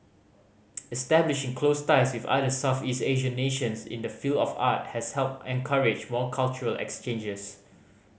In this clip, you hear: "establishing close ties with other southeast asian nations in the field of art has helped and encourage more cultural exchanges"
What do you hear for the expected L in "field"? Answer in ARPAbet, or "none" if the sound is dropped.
L